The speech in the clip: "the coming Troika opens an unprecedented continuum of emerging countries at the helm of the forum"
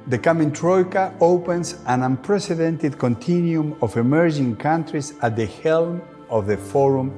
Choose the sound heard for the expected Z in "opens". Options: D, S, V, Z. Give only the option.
S